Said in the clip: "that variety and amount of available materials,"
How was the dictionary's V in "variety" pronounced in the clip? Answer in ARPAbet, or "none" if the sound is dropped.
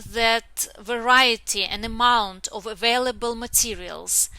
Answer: V